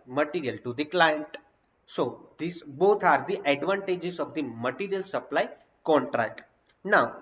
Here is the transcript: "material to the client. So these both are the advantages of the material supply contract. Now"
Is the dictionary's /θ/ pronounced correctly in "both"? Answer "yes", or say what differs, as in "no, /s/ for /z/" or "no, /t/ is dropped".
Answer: no, /t/ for /θ/